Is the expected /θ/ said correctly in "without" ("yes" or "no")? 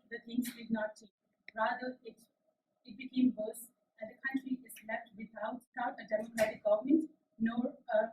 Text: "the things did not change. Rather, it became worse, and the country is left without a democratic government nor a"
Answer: no